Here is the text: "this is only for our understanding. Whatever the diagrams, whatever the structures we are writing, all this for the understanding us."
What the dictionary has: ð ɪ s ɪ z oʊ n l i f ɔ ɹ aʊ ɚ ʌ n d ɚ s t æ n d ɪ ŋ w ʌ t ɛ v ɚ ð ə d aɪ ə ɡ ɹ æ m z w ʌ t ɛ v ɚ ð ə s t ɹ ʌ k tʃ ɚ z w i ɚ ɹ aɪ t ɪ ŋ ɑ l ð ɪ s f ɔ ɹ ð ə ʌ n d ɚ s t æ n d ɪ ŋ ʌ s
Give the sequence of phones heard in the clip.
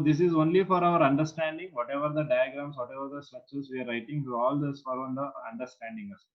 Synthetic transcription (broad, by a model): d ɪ s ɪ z oʊ n l i f ɔ ɹ aʊ ɚ ʌ n d ɚ s t æ n d ɪ ŋ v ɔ t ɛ v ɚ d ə d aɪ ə ɡ ɹ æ m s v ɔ t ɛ v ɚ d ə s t ʌ tʃ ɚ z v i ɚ ɹ aɪ t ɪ ŋ ɑ l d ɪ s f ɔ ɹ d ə ʌ n d ɚ s t æ n d ɪ ŋ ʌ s